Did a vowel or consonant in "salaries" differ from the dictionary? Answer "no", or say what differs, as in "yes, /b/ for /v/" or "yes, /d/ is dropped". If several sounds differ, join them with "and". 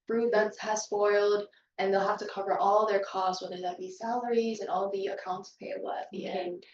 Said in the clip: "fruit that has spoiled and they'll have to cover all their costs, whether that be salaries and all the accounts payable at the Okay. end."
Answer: no